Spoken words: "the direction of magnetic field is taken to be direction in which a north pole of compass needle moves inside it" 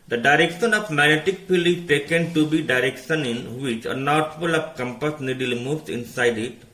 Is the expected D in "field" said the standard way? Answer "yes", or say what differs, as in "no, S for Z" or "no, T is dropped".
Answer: no, D is dropped